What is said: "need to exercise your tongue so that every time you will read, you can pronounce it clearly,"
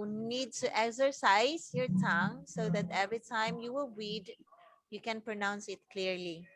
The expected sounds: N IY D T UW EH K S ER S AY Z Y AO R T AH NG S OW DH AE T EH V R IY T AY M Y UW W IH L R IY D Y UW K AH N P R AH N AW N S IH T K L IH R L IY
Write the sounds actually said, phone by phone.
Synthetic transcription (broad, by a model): N IY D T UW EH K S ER S AY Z Y AO R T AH NG S OW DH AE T EH V R IY T AY M Y UW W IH L W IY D Y UW K AH N P R AH N AW N S IH T K L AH R L IY